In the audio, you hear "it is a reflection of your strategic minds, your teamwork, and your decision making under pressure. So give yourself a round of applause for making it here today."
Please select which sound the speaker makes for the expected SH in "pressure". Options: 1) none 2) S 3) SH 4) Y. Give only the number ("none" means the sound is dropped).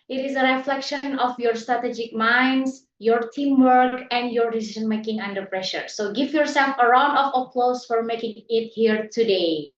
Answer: 3